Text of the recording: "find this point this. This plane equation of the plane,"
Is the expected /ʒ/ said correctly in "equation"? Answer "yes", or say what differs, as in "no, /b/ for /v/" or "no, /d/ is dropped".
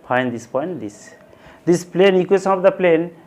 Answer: no, /s/ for /ʒ/